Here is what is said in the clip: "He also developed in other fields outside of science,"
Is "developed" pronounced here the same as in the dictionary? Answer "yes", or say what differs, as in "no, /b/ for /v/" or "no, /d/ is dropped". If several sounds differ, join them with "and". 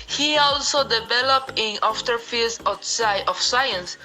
no, /t/ is dropped